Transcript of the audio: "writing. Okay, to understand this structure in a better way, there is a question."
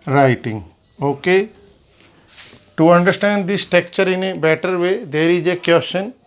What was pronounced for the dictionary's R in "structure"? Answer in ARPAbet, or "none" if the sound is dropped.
none